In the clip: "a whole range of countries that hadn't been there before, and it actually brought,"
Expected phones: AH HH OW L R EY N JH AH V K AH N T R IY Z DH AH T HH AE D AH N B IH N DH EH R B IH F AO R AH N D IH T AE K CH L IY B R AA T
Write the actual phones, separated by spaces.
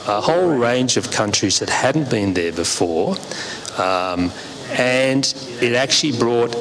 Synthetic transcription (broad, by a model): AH HH OW L R EY N JH AH V K AH N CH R IY Z DH AH T HH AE D N B IH N DH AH R B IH F AO R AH N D IH T AE K CH L IY B R AA T